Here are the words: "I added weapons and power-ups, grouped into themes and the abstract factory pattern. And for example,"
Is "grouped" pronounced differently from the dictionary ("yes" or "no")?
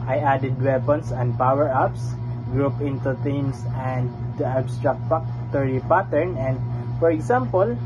yes